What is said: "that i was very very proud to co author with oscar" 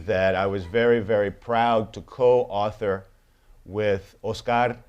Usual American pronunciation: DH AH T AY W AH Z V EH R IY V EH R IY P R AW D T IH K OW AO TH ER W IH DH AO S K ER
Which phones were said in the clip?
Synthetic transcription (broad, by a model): DH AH T AY W AH Z V EH R IY V EH R IY P R AW D T IH K OW AO TH ER W IH DH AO S K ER